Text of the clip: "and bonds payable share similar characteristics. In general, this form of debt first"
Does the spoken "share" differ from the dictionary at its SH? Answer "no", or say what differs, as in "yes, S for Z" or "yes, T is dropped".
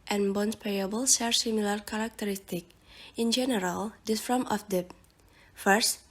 yes, S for SH